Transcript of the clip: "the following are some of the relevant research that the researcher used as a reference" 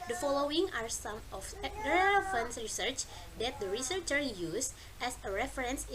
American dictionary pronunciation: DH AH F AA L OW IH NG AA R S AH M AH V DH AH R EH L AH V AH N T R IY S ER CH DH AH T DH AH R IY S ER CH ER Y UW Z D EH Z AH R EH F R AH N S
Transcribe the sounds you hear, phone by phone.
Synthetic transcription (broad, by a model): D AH F AA L OW IH NG AA R S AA M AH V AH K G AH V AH N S R IY S ER CH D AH T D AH R IY S ER CH ER Y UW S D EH S AH R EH F R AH N S